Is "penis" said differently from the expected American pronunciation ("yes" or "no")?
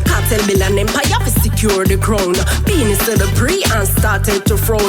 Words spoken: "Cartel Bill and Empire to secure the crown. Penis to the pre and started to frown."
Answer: yes